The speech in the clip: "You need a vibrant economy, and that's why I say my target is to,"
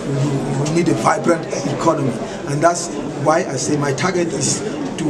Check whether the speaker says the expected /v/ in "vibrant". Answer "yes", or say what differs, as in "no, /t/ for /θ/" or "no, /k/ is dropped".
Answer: yes